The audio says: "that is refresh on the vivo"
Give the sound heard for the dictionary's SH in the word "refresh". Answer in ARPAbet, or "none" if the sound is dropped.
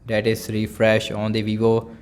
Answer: SH